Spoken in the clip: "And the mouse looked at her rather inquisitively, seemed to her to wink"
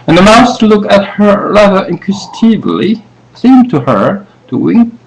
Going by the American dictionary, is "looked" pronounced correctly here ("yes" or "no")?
no